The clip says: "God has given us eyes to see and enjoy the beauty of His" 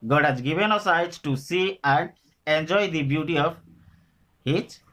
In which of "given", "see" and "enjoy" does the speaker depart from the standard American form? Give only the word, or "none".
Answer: none